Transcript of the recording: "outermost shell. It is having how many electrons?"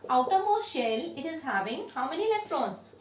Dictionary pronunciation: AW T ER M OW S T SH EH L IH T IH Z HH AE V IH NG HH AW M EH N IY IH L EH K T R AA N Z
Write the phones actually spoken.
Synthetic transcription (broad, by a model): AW T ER M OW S SH EH L IH T IH Z HH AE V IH NG HH AW M EH N IY L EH K T R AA N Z